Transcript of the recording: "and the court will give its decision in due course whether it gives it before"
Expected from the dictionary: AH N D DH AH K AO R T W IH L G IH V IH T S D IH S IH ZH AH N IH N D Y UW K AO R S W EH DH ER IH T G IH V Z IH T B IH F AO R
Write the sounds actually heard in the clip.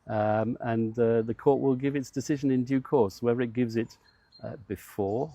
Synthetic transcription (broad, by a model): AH N DH AH K AO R T W IH L G IH V IH T S D IH S IH ZH AH N IH N D Y UW K AO R S W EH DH ER IH T G IH V Z IH T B IH F AO R